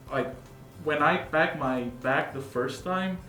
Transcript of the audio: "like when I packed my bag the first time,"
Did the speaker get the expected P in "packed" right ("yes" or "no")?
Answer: no